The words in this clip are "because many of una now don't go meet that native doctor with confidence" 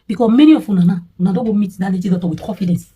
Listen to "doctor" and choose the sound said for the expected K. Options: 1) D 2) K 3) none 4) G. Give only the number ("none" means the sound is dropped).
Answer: 3